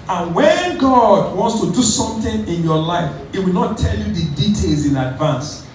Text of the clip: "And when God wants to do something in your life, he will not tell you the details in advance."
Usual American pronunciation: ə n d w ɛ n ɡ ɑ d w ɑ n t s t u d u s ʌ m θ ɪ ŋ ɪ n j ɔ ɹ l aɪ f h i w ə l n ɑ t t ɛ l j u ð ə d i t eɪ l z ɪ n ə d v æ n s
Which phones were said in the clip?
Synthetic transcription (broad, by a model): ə n w ɛ n ɡ ɑ d w ɑ n t s t u d u s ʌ m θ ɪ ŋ ɪ n j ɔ l aɪ f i w ə l n ɑ t t ɛ l j u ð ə d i t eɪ l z ɪ n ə d v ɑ n s